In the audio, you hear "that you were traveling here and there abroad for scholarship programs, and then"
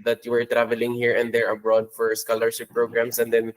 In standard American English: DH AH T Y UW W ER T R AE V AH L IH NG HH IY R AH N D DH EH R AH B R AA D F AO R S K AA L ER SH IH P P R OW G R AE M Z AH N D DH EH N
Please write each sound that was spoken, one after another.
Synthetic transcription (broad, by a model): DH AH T Y UW W ER T R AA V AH L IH NG HH IY R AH N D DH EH R AH B R AA D F AO R S K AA L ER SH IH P P R OW G R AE M S AH N D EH N